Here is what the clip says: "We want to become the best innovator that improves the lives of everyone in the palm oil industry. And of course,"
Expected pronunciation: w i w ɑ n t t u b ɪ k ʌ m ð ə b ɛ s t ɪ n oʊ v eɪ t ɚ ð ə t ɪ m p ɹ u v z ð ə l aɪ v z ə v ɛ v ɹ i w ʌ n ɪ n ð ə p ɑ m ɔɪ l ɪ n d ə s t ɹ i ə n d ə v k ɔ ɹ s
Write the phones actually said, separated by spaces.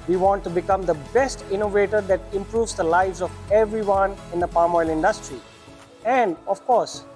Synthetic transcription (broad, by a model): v i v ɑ n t t u b ɪ k ʌ m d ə b ɛ s t ɪ n oʊ v eɪ t ɚ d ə t ɪ m p ɹ u v z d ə l aɪ v z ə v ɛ v ɹ i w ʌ n ɪ n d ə p ɑ m ɔɪ l ɪ n d ə s t ɹ i ə n d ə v k ɔ ɹ s